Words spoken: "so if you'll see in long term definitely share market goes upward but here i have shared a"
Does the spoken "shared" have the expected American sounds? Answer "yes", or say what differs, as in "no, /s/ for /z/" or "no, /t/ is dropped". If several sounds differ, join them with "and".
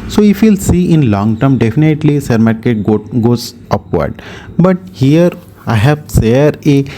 no, /s/ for /ʃ/